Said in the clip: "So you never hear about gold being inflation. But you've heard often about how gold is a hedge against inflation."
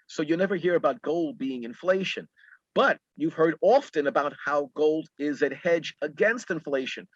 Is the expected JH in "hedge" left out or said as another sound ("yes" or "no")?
no